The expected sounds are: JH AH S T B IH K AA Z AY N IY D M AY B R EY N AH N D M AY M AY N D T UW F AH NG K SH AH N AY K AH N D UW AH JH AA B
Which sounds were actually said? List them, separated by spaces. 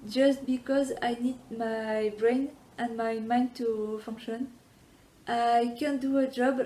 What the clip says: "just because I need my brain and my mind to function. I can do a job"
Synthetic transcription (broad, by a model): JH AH S T B IH K AA Z AY N IY D M AY B R EY N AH N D M AY M AY N D T UW F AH NG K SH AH N AY K AH N D UW AH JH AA B